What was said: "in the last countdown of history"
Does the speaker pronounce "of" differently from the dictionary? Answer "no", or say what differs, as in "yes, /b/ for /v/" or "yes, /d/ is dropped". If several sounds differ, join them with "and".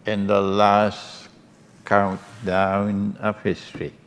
yes, /p/ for /v/